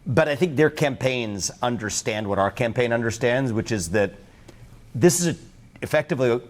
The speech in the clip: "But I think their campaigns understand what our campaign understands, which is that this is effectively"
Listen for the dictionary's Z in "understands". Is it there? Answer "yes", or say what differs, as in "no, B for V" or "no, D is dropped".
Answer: yes